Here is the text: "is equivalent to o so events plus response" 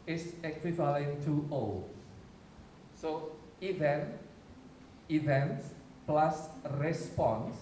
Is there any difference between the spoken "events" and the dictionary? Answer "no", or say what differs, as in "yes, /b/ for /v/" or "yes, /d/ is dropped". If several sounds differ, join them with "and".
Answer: no